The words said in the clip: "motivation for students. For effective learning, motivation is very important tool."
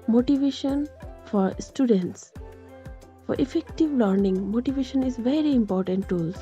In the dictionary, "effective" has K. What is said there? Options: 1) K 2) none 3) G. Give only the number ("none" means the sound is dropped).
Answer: 1